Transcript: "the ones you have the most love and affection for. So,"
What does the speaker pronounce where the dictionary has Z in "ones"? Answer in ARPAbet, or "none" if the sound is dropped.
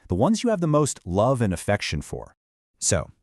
Z